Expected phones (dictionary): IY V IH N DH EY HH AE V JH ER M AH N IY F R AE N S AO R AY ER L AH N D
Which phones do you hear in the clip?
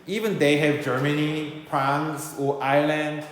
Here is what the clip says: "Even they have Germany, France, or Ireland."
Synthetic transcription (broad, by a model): IY V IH N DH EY HH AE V JH ER M AH N IY P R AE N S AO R AY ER L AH N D